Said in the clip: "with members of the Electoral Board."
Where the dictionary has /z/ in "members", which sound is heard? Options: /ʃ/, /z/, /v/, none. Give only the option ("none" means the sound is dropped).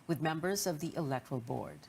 /z/